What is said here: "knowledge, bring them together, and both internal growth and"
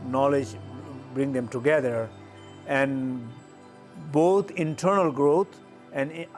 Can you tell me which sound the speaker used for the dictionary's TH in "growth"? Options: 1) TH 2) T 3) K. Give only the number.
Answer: 2